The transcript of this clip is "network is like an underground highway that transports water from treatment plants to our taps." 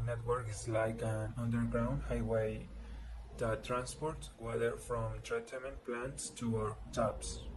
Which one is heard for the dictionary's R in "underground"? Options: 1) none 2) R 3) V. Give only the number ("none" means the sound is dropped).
2